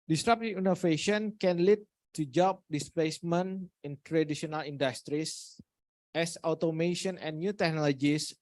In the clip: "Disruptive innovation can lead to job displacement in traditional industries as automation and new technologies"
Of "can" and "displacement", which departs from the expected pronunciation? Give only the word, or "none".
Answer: displacement